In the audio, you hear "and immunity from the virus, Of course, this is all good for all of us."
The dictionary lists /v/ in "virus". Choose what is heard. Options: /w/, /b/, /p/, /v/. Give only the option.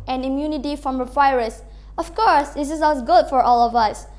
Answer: /w/